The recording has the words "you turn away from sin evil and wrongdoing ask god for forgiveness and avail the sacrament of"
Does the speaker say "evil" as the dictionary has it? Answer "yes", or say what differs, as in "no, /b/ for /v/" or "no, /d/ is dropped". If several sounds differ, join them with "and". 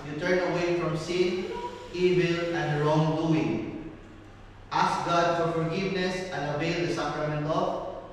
yes